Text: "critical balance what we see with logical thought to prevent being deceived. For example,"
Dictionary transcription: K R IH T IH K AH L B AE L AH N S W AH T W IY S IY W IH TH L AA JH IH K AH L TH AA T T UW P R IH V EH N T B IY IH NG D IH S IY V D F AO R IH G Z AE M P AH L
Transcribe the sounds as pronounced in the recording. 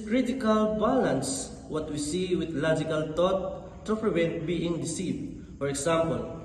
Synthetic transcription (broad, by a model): K R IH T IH K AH L B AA L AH N S W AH T W IY S IY W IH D L AA JH IH K AH L T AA T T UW P R IH V EH N T B IY IH NG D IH S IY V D F AO R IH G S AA M P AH L